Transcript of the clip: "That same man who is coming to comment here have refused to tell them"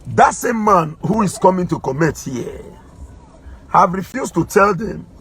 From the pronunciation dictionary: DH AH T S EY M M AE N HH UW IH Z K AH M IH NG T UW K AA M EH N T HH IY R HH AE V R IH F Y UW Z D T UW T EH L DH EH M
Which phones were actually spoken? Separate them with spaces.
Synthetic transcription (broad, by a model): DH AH T S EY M M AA N HH UW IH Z K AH M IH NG T UW K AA M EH T HH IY HH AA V R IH F Y UW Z T UW T EH L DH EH M